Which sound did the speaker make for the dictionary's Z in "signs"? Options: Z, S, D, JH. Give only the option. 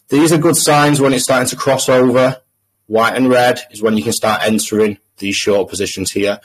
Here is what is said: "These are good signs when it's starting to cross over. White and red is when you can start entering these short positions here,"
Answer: Z